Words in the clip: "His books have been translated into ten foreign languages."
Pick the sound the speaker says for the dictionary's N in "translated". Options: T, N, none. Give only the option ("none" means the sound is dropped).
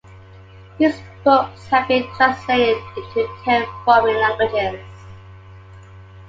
none